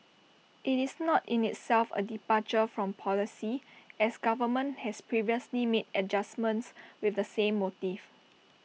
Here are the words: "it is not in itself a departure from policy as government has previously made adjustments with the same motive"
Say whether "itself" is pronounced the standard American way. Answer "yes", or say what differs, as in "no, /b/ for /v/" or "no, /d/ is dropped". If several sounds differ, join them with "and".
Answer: yes